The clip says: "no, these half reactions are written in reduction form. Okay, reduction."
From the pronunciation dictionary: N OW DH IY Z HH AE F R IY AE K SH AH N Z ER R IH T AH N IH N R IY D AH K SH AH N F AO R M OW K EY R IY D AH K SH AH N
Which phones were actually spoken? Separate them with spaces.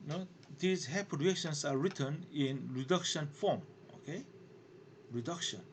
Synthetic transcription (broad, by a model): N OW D IY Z HH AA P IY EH K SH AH N S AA R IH T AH N IH N R IY D AH K SH AH N F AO M OW K EY R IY D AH K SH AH N